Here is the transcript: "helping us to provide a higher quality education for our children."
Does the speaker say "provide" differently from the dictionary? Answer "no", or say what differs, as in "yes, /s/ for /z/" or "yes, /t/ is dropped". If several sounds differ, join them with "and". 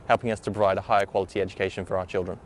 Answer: yes, /b/ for /p/ and /v/ is dropped